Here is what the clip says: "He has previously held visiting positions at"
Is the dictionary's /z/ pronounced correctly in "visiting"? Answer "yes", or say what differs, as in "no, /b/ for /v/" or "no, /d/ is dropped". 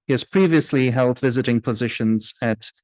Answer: yes